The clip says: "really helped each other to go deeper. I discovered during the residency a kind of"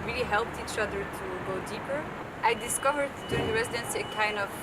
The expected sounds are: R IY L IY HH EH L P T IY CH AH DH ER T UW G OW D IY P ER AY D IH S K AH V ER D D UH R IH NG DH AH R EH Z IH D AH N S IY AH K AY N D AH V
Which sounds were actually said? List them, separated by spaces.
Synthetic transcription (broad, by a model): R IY L IY HH EH L P T IY CH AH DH ER T UW G OW D IY P ER AY D IH S K AH V ER D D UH R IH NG R EH Z IH D AH N S IY AH K AY N D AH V